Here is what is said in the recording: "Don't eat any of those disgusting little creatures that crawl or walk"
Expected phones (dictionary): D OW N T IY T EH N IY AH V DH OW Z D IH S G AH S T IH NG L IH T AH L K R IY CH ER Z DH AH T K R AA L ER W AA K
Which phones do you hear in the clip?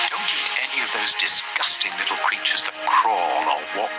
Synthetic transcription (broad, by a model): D OW N T IY T EH N IY AH V DH OW Z D IH S G AH S T IH NG L IH T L K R IY CH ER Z DH AH T K R AA L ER W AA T